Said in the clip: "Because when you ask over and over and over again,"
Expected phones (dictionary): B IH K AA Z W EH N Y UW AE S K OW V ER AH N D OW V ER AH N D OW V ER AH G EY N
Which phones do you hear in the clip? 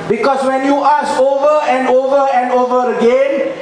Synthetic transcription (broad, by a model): B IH K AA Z W EH N Y UW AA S OW V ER AH N D OW V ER AH N D OW V ER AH G EY N